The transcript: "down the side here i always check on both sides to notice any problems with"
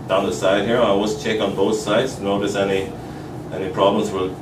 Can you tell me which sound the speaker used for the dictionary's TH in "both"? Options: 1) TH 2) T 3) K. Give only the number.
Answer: 1